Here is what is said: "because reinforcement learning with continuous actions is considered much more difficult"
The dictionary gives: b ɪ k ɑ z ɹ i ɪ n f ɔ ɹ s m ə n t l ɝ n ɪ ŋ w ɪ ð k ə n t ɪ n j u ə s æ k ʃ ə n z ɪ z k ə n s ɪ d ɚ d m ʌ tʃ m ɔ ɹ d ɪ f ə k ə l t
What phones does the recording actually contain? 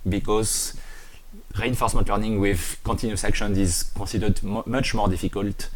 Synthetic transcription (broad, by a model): b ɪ k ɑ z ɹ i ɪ n f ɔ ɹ s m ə n t l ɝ n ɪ ŋ w ɪ ð k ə n t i n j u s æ k ʃ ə n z ɪ z k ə s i d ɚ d m ʌ tʃ m ɔ ɹ d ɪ f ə k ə l t